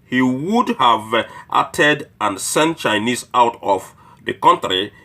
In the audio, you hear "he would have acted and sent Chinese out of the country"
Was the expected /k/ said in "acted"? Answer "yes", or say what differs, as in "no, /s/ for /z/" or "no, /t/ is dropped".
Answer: no, /k/ is dropped